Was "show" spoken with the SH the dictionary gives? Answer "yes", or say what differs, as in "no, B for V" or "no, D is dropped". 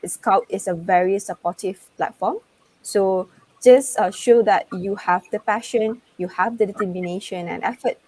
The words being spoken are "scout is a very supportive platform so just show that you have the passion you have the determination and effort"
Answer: yes